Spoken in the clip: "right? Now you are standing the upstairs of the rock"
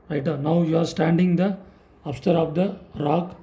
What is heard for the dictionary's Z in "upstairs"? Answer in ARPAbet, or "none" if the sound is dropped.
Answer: none